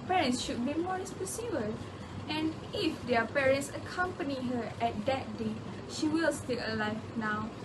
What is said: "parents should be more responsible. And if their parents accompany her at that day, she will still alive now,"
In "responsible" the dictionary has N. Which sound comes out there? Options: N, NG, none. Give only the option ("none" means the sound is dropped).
none